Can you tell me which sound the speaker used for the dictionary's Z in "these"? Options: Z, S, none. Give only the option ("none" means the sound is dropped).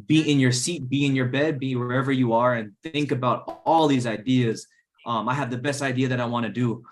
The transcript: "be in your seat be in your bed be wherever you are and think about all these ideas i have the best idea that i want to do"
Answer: Z